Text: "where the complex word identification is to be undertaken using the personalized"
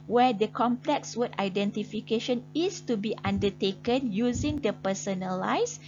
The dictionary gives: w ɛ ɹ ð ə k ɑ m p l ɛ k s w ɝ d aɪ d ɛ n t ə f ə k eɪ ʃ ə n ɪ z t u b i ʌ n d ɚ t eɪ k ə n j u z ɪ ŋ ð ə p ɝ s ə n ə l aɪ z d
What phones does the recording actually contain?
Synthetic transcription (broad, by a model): w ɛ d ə k ɑ m p l ɛ k s w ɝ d aɪ d ɛ n t ə f ə k eɪ ʃ ə n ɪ s t u b i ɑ n d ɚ t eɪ k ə n j u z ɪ ŋ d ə p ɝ s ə n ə l aɪ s